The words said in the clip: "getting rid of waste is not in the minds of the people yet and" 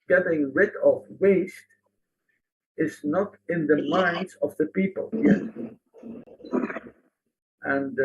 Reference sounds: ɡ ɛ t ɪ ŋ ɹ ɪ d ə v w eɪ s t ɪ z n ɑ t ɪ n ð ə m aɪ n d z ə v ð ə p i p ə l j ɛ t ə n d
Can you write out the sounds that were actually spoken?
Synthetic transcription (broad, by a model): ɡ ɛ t ɪ ŋ ɹ ɪ d ə v w eɪ s t ɪ z n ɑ t ɪ n ð ə m aɪ n d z ə v ð ə p i p ə l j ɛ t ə n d